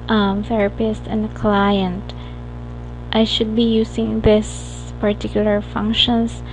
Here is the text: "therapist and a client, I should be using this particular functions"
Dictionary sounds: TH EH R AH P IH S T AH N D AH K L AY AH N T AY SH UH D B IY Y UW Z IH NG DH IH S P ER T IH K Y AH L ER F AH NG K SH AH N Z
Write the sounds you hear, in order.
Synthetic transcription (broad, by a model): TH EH R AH P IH S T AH N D AH K L AY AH N T AY SH UH D B IY Y UW S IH NG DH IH S P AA T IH K Y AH L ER F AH NG K SH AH N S